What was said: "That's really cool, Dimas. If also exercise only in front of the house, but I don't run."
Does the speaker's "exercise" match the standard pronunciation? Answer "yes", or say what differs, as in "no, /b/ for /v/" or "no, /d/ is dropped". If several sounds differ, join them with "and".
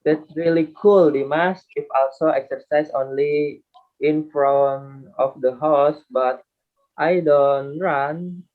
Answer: no, /s/ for /z/